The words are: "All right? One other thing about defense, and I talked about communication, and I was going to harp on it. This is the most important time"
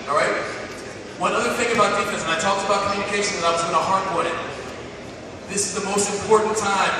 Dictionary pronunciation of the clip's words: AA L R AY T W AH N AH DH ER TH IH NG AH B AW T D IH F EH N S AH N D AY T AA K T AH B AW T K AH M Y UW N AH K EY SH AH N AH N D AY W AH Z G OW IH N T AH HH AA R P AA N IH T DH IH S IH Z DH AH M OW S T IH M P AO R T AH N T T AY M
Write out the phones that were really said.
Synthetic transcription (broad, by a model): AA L R AY T W AH N AH DH ER TH IH NG AH B AW T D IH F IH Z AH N AY T AA K T AH B AW T K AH M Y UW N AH K EY SH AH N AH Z AY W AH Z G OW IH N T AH HH AA R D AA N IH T DH IH S IH Z DH AH M OW S T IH M P AO R T N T T AY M